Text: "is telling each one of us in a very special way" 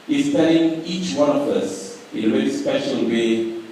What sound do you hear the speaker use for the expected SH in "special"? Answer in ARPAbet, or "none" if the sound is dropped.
SH